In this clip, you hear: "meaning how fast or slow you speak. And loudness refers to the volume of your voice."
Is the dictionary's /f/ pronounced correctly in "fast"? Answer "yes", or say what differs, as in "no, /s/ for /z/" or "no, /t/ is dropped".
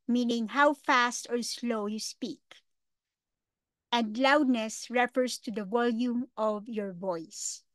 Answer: yes